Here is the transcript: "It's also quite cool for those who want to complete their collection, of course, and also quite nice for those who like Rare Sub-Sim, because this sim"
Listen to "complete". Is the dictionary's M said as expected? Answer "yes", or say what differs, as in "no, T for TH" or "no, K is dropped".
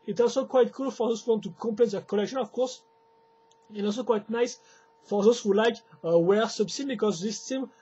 no, M is dropped